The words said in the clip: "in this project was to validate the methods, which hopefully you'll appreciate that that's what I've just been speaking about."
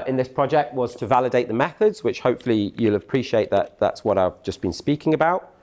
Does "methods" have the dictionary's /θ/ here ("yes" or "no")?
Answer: yes